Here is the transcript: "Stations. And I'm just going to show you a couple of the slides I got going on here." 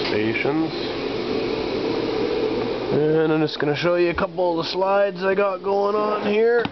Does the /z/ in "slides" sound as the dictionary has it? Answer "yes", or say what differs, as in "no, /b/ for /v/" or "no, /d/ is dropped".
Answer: yes